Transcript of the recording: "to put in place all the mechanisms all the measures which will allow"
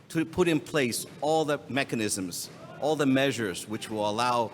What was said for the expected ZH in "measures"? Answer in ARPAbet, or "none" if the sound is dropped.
ZH